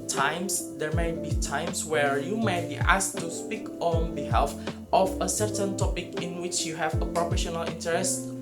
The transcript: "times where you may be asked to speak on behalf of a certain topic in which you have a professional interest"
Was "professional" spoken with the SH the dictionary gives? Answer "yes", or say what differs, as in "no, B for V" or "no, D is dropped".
yes